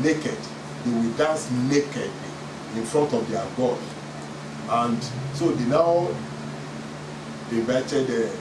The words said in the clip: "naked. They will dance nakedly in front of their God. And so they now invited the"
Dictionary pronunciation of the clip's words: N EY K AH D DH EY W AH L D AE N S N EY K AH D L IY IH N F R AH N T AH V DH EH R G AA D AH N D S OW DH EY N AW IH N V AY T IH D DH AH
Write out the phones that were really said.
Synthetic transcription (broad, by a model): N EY K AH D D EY W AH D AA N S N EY K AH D IY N F R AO N T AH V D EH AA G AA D AH N D S OW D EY N AW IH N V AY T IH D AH